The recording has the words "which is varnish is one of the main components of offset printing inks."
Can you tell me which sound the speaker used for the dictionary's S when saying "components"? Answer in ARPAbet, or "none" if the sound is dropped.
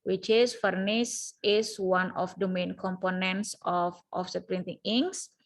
S